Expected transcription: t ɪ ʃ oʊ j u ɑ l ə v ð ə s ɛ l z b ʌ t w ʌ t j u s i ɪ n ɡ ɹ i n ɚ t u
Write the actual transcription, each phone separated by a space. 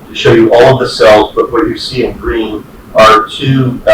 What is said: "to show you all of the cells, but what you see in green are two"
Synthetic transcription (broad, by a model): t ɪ ʃ oʊ j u ɑ l ə v ð ə s ɛ l z b ʌ t w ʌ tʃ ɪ s i ɪ n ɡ ɹ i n ɚ t u